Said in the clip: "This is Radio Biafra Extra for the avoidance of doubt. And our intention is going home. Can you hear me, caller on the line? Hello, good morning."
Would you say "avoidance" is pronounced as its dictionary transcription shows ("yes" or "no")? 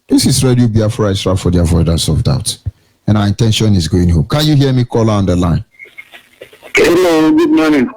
no